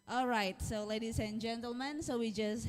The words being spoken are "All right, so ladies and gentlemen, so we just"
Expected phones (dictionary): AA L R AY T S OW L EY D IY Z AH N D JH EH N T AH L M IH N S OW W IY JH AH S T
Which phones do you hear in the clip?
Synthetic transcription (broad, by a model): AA L R AY T S OW L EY D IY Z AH N JH EH N T AH L M IH N S OW W IY JH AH S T